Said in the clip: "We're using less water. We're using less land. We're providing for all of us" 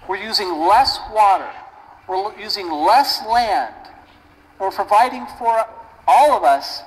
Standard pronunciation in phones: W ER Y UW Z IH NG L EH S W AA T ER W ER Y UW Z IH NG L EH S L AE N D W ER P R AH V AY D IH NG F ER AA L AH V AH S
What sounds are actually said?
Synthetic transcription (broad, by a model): W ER Y UW Z IH NG L EH S W AA T ER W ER Y UW Z IH NG L EH S L AE N D W ER P R AH V AY D IH NG F ER AA L AH V AH S